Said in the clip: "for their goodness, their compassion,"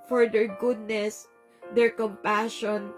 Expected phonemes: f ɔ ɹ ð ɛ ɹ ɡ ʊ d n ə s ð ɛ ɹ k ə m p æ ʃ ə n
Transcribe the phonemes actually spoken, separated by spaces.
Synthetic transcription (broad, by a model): f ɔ ɹ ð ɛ ɹ ɡ ʊ d n ə s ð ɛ ɹ k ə m p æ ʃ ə n